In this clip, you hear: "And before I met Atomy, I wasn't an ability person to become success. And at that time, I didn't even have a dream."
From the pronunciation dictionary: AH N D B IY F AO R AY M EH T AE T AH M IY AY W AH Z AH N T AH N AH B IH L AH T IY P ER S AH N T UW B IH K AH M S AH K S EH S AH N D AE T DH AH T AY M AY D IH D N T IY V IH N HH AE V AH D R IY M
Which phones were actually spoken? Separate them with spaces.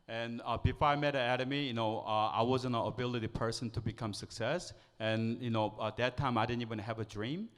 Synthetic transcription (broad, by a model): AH N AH B IY F AO R AY M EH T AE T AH M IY AY W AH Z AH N AH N AH B IH L AH T IY P ER S AH N T UW B IH K AH M S AH K S EH S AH N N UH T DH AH T AY M AY D IH D N T IY V IH N HH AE V AH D R IY M